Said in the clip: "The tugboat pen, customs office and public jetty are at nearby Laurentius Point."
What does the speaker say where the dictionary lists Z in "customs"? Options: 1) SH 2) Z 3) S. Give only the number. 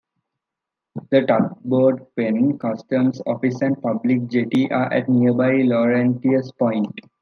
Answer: 3